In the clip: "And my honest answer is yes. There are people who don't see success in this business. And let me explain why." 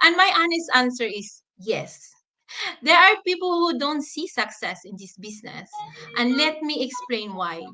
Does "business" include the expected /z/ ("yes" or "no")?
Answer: no